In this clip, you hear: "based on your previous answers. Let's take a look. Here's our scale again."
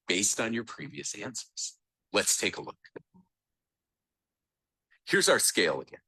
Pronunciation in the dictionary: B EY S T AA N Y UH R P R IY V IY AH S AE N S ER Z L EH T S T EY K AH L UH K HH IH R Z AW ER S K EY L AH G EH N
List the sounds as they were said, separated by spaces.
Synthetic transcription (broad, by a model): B EY S T N Y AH R P R IY V IY AH S AE N S ER Z L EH T S T EY K AH L UH K HH IH R Z AW ER S K EY L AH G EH N